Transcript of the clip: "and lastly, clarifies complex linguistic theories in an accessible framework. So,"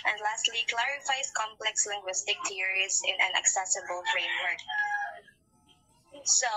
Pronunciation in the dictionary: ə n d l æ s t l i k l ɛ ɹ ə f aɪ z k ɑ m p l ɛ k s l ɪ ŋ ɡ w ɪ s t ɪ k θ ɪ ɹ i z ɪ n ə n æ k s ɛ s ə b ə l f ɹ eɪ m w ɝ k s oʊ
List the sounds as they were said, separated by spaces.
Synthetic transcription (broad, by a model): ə n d l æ s t l i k l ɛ ɹ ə f aɪ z k ɑ m p l ɛ k s l ɪ ŋ ɡ w ɪ s t ɪ k t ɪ ɹ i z ɪ n ə n æ k s ɛ s ə b ə l f ɹ eɪ m w ɝ k s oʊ